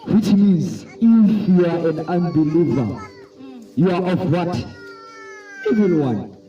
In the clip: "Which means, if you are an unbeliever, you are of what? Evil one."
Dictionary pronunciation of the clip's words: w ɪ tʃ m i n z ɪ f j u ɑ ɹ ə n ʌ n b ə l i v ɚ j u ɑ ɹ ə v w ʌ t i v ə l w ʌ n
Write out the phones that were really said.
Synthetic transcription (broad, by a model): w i tʃ m i n z ɪ f j u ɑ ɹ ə n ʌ n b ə l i v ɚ j u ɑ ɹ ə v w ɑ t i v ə n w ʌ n